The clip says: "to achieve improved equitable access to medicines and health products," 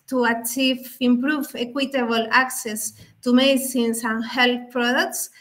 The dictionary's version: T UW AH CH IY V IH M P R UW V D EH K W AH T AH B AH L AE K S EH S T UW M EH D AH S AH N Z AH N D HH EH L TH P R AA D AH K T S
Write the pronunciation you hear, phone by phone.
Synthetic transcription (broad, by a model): T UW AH CH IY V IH M P R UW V EH K W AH T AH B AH L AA K S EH S T UW M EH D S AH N S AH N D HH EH L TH P R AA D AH K T S